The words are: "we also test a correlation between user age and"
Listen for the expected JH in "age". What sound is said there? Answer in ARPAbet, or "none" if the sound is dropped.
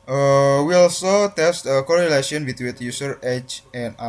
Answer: CH